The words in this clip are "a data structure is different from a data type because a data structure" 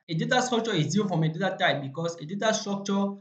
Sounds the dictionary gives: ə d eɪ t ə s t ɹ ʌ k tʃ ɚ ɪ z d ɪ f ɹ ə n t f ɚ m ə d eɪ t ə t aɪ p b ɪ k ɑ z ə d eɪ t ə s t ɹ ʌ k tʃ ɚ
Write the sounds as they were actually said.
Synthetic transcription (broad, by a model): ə d eɪ t ə s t ɹ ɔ k tʃ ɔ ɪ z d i f ɹ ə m ə d eɪ t ə t aɪ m b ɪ k ɑ s ə d eɪ t ə s t ɹ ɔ k tʃ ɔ